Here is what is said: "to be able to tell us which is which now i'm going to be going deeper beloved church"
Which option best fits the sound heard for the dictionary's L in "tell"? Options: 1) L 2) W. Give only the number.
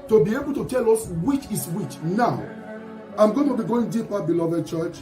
1